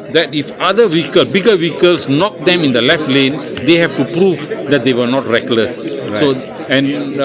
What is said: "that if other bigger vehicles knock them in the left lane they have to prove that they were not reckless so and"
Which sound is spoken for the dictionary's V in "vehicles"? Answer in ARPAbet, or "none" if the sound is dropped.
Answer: W